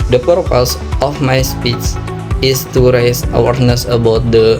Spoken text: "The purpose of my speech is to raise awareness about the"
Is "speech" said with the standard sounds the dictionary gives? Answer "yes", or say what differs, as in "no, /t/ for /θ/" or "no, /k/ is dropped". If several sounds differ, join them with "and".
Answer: no, /s/ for /tʃ/